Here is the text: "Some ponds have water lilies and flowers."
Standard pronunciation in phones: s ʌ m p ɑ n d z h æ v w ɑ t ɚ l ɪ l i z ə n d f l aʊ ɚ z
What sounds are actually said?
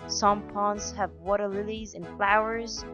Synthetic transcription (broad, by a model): s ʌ m p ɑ n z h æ v w ɑ t ɚ l ɪ l i z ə n f l aʊ ɚ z